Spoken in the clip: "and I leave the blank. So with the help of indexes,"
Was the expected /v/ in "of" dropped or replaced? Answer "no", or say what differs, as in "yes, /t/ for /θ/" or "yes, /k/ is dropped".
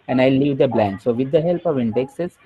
no